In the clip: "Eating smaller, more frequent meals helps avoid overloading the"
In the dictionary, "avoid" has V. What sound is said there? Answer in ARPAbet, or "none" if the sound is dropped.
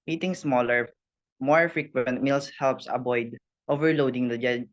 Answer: B